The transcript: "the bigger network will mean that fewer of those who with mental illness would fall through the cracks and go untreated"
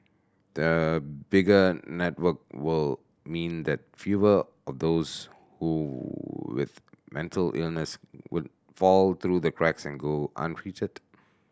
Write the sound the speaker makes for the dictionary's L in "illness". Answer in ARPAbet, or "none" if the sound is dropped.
L